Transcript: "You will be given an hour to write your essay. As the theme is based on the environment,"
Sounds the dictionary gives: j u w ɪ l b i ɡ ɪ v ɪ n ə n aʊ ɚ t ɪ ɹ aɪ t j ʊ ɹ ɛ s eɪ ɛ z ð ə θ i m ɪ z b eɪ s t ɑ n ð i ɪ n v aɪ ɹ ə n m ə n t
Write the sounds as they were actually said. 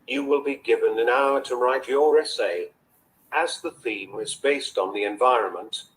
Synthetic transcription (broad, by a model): j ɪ w ɪ l b i ɡ ɪ v ɪ n ə n aʊ ɚ t ɪ ɹ aɪ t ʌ ɹ ɛ s eɪ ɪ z ð ə θ i m ɪ z b eɪ s t n ð i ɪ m v aɪ ɹ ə n m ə n t